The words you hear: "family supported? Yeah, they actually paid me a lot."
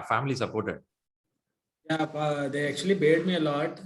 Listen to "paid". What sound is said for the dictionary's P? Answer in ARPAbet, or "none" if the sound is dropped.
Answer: B